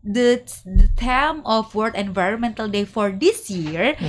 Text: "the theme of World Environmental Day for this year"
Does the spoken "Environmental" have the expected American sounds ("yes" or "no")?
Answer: yes